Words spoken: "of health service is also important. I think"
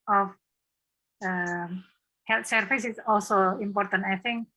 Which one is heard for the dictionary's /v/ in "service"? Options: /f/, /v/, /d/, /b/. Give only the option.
/f/